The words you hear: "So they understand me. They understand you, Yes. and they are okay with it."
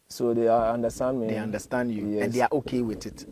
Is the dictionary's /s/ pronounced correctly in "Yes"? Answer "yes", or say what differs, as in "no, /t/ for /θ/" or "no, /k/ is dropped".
no, /s/ is dropped